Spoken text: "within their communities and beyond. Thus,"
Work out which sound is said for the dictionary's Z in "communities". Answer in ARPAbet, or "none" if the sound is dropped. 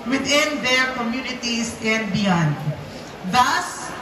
S